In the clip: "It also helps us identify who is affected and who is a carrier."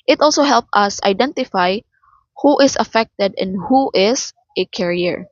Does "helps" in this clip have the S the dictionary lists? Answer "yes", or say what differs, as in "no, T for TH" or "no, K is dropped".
no, S is dropped